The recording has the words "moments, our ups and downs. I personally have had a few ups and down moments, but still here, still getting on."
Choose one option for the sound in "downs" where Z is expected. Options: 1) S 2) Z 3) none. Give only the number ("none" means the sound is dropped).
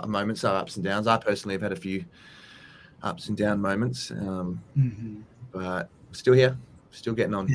2